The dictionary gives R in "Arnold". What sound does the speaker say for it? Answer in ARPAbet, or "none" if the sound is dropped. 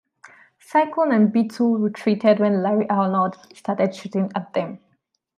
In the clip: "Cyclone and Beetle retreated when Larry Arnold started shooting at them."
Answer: L